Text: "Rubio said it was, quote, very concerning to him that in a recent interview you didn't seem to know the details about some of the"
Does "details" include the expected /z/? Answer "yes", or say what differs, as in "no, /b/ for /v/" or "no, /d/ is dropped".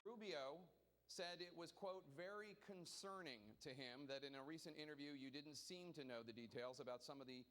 yes